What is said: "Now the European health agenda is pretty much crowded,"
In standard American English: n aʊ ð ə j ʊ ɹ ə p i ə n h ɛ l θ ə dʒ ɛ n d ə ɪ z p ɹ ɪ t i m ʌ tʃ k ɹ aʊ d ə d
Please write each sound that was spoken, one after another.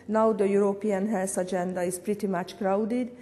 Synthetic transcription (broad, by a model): n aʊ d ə j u ɹ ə p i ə n h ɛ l s ə dʒ ɛ n d ə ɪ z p ɹ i t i m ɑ tʃ k ɹ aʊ d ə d